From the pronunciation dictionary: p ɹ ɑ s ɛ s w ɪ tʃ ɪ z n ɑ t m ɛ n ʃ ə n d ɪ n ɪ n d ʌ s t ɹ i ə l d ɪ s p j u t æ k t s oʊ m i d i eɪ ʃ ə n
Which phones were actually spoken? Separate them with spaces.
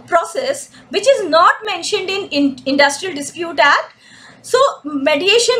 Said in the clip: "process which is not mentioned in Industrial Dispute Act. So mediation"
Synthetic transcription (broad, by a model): p ɹ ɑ s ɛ s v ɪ tʃ ɪ z n ɑ t m ɛ n ʃ ə n d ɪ n ɪ n d ʌ s t ɹ i ə l d ɪ s p j u t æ t s oʊ m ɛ d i eɪ ʃ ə n